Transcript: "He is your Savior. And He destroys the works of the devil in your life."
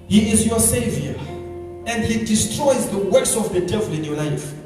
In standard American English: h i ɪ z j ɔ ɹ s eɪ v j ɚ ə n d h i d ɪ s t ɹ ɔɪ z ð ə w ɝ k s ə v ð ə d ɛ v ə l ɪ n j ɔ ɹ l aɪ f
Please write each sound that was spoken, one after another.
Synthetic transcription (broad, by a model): h i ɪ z j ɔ s eɪ v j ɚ ə n d h i d ɪ s t ɹ ɔɪ z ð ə w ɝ s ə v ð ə d ɛ v ə l ɪ n j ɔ l aɪ f